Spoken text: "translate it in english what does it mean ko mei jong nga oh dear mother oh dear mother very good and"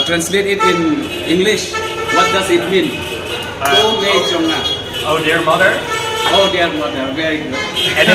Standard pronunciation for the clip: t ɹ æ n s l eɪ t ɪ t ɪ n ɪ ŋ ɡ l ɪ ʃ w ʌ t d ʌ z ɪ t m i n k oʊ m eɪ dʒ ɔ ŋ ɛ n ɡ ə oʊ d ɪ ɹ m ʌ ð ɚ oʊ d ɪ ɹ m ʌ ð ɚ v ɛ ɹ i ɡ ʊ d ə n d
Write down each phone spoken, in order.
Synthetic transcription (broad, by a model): t ɹ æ n s l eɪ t ɪ t ɪ n ɪ ŋ ɡ l ɪ ʃ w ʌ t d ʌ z ɪ t m i n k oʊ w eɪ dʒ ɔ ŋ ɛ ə oʊ d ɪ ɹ m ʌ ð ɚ oʊ d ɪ ɹ m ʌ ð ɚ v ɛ ɹ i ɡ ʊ ə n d